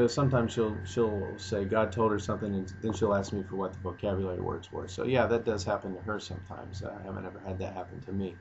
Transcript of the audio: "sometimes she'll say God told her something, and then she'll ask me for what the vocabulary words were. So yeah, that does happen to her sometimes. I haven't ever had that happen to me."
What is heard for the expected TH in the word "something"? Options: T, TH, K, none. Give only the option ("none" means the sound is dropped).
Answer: TH